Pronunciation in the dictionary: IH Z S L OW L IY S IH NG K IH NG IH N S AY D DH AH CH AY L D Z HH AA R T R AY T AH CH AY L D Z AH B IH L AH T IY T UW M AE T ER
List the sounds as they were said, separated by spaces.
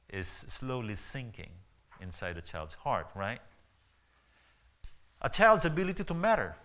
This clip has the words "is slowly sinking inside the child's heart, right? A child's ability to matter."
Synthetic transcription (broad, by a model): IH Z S L OW L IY S IH NG K IH NG IH N S AY D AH CH AY L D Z HH AA R T R AY T AH CH AY L D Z AH B IH L AH T IY T UW M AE T ER